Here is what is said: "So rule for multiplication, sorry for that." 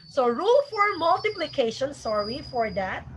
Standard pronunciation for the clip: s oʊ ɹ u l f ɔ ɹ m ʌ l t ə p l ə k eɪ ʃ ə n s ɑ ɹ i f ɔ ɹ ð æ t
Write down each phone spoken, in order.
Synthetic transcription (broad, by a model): s oʊ ɹ u l f ɔ ɹ m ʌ l t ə p l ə k eɪ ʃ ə n s ɑ ɹ i f ɔ ɹ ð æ t